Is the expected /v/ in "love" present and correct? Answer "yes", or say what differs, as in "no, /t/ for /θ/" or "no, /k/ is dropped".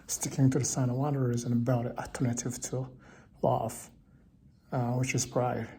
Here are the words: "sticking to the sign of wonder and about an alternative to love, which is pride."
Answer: no, /f/ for /v/